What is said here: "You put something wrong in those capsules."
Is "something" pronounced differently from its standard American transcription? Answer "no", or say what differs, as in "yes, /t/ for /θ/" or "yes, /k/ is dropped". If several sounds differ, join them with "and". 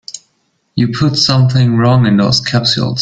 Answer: no